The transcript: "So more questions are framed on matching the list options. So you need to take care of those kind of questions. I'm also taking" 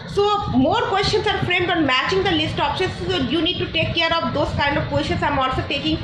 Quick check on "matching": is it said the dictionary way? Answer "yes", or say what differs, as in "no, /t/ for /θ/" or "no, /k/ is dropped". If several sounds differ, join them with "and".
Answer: yes